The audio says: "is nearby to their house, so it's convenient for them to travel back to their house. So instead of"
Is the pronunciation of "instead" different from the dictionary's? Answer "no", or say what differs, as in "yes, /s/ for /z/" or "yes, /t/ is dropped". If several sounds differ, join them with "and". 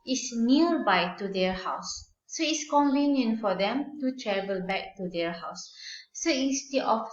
yes, /n/ is dropped